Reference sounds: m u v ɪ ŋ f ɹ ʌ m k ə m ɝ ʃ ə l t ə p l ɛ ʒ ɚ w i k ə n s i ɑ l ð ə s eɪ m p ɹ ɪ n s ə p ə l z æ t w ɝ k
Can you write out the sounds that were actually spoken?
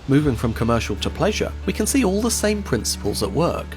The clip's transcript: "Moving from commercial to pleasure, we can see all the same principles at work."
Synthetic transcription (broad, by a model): m u v ɪ ŋ f ɹ ʌ m k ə m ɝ ʃ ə l t ə p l ɛ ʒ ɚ w i k ə n s i ɑ l ð ə s eɪ m p ɹ ɪ n s ə p ə l z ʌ t w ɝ k